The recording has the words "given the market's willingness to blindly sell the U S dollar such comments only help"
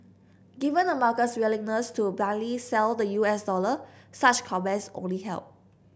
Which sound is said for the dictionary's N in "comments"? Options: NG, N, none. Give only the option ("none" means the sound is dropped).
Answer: none